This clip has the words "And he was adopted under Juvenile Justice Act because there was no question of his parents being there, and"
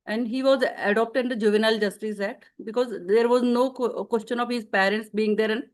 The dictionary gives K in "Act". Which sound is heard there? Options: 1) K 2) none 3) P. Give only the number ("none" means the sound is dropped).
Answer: 2